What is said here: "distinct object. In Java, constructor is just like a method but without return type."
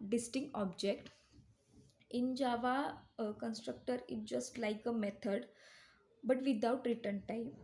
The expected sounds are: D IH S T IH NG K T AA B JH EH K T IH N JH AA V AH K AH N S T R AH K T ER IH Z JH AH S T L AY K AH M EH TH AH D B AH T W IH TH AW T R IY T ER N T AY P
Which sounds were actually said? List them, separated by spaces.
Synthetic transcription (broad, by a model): D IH S T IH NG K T AA B JH EH K T IH N JH AA V AH K AH N S T R AH K T ER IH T JH AH S T L AY K AH M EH T AH D B AH T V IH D AW T R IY T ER N T AY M